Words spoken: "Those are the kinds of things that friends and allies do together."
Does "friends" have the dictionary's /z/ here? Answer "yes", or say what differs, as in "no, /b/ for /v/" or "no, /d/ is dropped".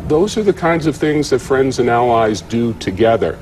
yes